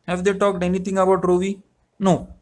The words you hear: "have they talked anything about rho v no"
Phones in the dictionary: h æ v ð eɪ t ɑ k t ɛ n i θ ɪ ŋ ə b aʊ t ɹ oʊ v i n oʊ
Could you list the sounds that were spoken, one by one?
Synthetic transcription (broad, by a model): h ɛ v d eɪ t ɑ k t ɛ n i t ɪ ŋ ə b aʊ t ɹ oʊ v i n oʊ